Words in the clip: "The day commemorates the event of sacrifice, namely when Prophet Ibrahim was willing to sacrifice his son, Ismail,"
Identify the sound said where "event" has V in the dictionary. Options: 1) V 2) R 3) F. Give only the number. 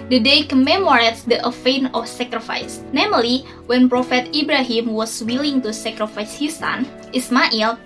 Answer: 3